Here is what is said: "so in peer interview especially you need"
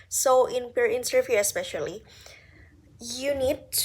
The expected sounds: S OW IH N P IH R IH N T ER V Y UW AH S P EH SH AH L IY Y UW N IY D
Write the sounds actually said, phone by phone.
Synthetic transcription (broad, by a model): S OW IH N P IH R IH N S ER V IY AH S P EH SH AH L IY Y UW N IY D